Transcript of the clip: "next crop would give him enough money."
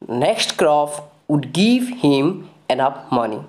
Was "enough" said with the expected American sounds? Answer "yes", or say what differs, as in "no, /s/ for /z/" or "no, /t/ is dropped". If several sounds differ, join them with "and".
no, /p/ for /f/